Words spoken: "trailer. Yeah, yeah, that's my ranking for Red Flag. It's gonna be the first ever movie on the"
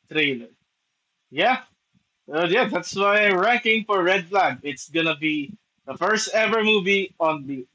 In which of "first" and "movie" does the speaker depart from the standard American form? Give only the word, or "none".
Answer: none